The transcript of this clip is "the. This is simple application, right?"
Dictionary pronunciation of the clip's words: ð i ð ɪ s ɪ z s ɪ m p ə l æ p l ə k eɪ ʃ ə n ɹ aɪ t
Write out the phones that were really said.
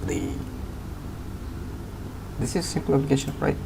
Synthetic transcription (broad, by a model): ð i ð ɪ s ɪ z s ɪ m p ə l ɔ b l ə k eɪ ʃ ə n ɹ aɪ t